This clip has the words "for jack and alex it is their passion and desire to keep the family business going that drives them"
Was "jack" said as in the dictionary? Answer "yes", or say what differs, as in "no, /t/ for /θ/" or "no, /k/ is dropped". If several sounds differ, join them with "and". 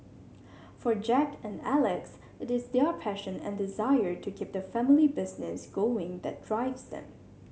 yes